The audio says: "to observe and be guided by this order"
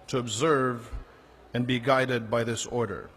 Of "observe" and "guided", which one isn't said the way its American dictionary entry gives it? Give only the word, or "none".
none